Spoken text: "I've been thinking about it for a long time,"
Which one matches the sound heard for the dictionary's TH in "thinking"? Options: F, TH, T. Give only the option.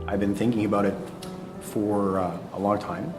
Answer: TH